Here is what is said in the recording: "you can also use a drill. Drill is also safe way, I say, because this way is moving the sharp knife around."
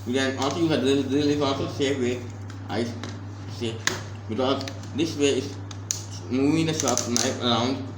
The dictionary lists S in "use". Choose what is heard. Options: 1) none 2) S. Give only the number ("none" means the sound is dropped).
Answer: 1